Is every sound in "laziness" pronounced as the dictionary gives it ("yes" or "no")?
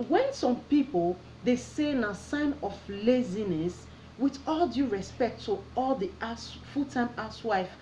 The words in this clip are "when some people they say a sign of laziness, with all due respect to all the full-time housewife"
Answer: yes